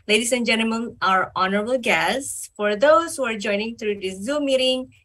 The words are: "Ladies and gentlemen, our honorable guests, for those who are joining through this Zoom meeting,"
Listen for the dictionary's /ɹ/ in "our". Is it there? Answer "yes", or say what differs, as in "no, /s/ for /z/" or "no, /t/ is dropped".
yes